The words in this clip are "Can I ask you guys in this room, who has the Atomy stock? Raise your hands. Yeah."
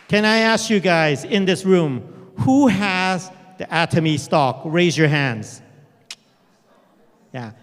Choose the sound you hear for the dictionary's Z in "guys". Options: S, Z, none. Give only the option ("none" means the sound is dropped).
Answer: Z